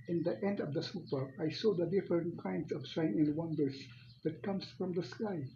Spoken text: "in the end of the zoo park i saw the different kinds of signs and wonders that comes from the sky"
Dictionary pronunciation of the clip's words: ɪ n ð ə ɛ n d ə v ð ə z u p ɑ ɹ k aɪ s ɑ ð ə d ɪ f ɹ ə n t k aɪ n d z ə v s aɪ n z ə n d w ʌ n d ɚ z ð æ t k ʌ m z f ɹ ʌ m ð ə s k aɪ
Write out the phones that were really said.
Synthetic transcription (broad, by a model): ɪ n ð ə ɛ n d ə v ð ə s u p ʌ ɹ aɪ s ɑ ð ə d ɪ f ɹ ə n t k aɪ n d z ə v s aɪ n ə n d w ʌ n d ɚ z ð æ t k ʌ m s f ɹ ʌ m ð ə s k aɪ